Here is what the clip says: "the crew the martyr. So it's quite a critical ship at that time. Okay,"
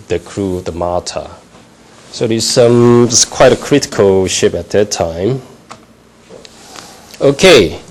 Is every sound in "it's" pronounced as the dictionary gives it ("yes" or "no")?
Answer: no